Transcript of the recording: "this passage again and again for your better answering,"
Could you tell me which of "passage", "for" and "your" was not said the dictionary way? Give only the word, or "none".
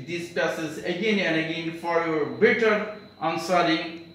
passage